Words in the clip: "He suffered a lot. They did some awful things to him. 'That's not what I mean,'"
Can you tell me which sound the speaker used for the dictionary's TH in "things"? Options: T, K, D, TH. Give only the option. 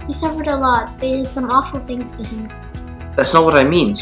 TH